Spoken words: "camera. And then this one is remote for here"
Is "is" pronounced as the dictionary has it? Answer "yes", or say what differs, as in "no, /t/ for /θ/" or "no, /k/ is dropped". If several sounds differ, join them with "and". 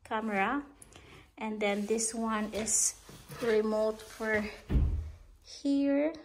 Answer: no, /s/ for /z/